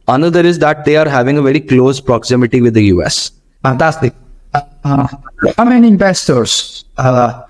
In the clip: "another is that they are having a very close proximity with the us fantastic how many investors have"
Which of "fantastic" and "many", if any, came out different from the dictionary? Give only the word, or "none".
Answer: fantastic